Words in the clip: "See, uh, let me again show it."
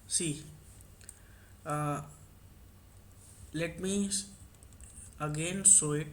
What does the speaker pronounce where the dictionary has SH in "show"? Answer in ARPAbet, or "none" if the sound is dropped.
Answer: S